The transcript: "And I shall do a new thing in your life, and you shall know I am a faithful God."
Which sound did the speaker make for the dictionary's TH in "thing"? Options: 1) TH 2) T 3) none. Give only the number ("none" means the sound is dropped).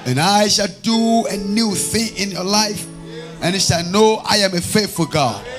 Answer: 1